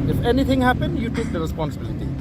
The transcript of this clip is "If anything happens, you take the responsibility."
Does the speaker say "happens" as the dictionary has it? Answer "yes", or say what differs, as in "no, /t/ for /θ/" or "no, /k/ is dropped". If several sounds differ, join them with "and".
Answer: no, /z/ is dropped